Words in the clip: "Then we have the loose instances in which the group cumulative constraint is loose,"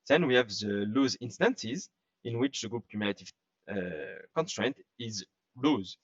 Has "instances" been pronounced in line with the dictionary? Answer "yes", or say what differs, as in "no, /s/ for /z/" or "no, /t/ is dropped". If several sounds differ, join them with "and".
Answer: yes